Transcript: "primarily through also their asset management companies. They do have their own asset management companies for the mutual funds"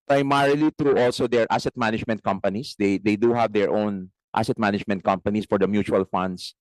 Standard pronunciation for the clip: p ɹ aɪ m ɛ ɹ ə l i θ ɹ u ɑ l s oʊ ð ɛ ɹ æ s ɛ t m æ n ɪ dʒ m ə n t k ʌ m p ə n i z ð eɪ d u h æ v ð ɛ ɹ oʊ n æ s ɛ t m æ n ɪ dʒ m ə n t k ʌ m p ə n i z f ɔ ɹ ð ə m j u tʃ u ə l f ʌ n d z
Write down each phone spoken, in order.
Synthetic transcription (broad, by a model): p ɹ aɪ m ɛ ɹ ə l i t ɹ u ɑ l s oʊ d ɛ ɹ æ s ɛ t m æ n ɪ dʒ m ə n t k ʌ m p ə n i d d eɪ d u h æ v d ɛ ɹ oʊ n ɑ s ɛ t m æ n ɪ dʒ m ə n t k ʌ m p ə n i s f ɔ ɹ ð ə m j u tʃ u ə l f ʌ n d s